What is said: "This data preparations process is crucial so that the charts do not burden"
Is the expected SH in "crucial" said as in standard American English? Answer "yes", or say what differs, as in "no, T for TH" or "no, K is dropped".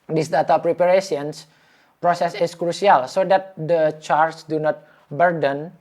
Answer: no, S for SH